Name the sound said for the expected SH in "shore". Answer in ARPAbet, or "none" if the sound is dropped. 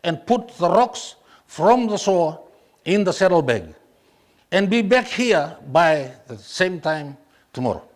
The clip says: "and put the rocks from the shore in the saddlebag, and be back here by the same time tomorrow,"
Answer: S